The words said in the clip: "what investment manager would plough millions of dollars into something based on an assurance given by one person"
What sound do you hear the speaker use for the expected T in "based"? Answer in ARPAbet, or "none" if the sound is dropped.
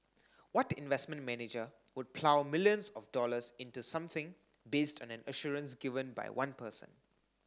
T